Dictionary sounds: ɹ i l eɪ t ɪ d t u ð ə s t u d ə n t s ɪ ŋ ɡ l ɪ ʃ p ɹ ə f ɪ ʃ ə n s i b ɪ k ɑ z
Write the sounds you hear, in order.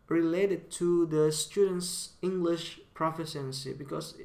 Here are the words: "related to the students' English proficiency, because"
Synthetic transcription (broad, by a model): ɹ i l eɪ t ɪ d t u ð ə s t u d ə n t s ɪ ŋ ɡ l ɪ ʃ p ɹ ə f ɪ s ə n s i b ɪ k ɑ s